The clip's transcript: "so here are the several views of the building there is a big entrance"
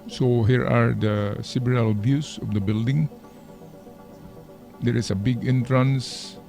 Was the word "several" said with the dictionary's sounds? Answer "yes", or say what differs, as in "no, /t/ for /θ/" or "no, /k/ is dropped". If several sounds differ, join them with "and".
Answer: no, /b/ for /v/